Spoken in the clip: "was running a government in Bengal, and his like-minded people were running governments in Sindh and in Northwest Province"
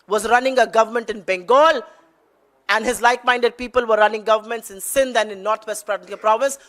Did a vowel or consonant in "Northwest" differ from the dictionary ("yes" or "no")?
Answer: yes